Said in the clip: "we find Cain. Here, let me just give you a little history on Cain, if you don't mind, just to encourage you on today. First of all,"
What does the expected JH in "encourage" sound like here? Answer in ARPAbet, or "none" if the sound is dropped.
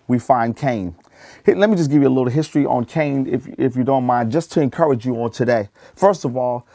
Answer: JH